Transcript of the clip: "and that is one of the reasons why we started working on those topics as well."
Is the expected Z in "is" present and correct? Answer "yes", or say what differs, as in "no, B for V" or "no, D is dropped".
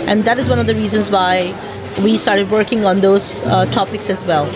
yes